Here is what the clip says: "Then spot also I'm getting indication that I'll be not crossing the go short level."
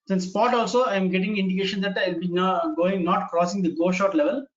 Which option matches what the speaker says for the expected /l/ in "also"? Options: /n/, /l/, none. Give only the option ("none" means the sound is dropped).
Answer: /l/